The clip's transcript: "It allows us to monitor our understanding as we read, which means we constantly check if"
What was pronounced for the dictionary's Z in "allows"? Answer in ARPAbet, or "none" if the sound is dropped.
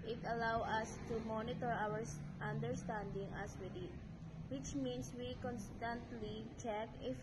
none